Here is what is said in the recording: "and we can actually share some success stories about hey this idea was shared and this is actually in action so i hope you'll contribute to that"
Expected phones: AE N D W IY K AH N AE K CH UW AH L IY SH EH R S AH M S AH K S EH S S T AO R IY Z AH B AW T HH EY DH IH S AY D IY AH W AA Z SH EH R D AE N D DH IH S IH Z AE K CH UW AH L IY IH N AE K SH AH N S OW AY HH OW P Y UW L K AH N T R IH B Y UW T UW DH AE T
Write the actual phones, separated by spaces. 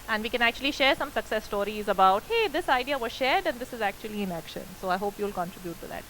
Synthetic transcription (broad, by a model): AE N D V IY K AH N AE K CH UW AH L IY SH EH R S AH M S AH K S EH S S T AO R IY Z AH B AW T HH EY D IH S AY D IY AH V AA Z SH EH R D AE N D IH S IH Z AE K CH UW AH L IY IH N AE K SH AH N S OW AY HH OW P Y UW L K AH N T R IH B Y UW T UW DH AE T